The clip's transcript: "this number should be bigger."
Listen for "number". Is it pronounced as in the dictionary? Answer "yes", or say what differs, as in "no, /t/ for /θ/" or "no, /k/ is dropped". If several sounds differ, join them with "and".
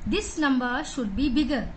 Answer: no, /l/ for /n/